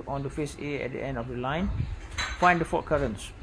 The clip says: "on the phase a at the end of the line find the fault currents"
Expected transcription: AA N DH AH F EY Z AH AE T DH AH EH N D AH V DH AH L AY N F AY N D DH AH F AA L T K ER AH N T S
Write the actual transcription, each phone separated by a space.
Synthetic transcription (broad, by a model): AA N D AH F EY S AH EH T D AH EH N D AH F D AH L AY N F AY N D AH F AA T K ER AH N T S